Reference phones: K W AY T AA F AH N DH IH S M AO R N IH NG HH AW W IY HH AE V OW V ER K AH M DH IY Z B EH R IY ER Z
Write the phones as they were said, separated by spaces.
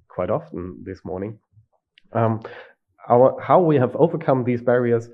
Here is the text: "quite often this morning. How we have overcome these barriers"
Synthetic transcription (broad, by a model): K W AY T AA F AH N DH IH S M AO R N IH NG HH AW W IY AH V OW V ER K AH M DH IY Z B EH R IY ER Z